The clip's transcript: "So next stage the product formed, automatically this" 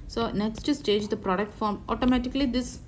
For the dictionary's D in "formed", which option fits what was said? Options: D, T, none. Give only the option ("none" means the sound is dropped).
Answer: none